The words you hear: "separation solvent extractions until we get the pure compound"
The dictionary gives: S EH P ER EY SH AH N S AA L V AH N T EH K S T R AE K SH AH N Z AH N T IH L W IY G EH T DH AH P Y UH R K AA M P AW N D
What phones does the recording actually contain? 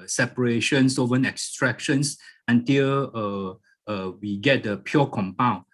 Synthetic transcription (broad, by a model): S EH P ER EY SH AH N S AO V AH N EH K S T R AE K SH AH N S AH N T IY L W IY G EH T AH P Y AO K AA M P AW N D